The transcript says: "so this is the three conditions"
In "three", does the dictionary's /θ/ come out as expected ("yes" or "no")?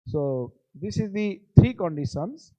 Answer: no